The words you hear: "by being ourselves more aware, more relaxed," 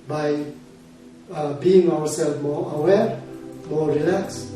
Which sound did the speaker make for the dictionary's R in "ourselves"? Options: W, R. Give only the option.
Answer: W